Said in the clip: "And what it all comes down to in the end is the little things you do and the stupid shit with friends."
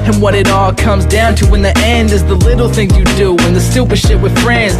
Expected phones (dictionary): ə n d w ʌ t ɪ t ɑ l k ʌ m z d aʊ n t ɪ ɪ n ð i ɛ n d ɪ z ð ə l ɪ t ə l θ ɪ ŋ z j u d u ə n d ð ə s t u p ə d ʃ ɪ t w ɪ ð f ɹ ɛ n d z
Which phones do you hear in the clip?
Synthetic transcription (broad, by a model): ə n w ʌ t ɪ t ɑ l k ʌ m z d aʊ n t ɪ ɪ n ð i ɛ n d ɪ z ð ə l ɪ t l θ ɪ ŋ j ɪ d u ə n ð ə s t u p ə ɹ ʃ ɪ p w ɪ ð f ɹ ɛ n d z